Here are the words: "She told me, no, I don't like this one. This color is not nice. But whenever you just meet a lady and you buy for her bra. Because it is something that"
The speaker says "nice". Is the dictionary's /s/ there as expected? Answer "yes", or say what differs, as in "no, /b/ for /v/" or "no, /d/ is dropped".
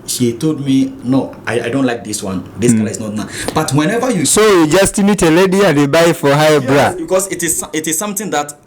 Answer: no, /s/ is dropped